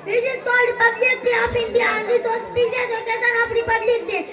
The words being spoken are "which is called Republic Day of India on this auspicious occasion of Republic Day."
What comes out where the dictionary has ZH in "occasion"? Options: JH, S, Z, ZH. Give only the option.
S